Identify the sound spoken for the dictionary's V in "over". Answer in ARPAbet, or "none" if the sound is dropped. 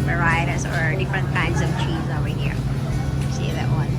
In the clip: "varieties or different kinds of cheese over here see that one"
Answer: W